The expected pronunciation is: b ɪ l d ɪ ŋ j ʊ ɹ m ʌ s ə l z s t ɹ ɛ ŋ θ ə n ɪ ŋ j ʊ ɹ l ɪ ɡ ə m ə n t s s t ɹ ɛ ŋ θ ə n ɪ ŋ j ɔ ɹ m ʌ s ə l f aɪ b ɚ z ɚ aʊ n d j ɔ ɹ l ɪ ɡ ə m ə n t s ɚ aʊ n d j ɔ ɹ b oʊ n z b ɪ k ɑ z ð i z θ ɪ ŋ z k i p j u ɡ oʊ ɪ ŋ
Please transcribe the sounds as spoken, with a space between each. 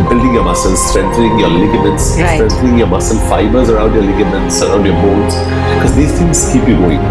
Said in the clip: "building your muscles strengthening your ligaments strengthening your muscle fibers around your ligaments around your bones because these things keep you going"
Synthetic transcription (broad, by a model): b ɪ l d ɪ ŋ j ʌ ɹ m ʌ s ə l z s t ɹ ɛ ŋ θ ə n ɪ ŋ j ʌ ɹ l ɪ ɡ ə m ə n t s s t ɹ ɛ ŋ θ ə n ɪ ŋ j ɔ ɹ m ʌ s ə l f aɪ b ɚ z ɚ aʊ n d j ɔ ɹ l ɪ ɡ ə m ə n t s ɚ aʊ n d j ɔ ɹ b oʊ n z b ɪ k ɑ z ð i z t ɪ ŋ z k i p j u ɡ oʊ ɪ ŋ